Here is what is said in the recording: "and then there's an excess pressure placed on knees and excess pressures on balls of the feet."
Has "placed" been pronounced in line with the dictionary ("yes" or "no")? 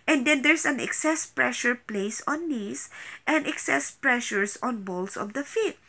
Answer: no